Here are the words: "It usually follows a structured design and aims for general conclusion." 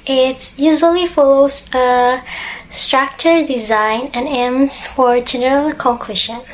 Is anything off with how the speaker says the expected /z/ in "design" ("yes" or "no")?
no